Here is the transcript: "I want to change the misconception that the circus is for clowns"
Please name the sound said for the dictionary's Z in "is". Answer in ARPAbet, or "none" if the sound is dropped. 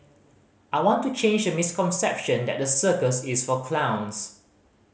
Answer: S